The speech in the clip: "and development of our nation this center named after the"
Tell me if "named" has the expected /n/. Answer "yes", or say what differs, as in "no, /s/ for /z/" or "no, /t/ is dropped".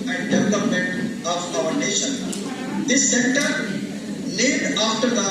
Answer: no, /l/ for /n/